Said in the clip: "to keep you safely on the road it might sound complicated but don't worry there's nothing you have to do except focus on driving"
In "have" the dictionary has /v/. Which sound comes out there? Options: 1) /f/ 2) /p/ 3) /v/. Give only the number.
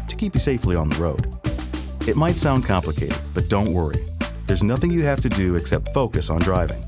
1